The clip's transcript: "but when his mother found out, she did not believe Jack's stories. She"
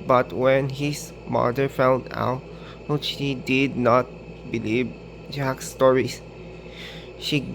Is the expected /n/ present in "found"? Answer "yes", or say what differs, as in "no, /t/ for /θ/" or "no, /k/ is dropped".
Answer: no, /l/ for /n/